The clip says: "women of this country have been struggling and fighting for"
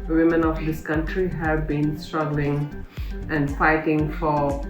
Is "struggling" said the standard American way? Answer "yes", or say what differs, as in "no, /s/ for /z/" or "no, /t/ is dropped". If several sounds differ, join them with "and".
yes